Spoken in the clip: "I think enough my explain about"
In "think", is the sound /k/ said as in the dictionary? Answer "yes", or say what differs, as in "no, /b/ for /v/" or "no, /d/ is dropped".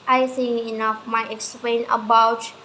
no, /k/ is dropped